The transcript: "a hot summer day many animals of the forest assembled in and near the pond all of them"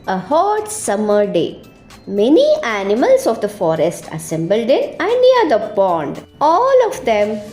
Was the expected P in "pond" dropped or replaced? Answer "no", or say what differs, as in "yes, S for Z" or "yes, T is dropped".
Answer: yes, B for P